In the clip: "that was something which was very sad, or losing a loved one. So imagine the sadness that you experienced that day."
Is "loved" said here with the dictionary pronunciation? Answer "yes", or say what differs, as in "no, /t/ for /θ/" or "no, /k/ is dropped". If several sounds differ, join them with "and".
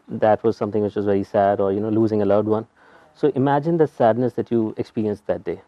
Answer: no, /v/ is dropped